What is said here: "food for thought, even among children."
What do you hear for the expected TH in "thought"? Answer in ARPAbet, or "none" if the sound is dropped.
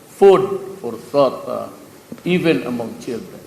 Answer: S